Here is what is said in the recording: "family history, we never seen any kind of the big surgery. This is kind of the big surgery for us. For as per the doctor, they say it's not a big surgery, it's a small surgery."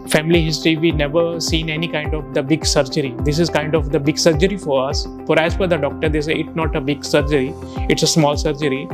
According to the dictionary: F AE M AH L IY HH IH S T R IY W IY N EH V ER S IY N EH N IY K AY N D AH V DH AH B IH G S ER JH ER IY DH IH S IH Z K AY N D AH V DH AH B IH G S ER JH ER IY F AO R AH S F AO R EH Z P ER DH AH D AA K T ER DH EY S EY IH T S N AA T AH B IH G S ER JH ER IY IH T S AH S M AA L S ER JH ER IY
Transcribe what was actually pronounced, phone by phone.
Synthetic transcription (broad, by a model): F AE M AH L IY HH IH S T R IY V IY N EH V ER S IY N EH N IY K AY N D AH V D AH B IH G S ER JH ER IY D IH S IH Z K AY N D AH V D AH B IH G S ER JH ER IY F AO R AH S F AO R EH Z F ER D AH D AA K T ER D EY S EY IH T S N AA T AH B IH G S ER JH ER IY IH T S AH S M AA L S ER JH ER IY